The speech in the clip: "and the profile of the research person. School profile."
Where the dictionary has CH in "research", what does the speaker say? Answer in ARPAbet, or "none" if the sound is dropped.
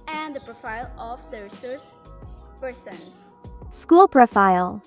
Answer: S